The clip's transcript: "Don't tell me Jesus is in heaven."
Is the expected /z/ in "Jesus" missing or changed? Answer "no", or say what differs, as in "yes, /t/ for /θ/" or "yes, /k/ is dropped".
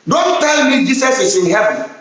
yes, /s/ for /z/